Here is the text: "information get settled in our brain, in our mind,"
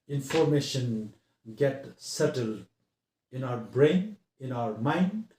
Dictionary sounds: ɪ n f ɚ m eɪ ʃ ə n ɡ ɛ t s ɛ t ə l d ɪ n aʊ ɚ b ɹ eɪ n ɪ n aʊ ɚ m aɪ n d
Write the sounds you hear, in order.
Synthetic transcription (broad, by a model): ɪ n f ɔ m eɪ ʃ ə n ɡ ɛ t s ɛ t ə l d ɪ n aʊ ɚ b ɹ eɪ n ɪ n aʊ ɚ m aɪ n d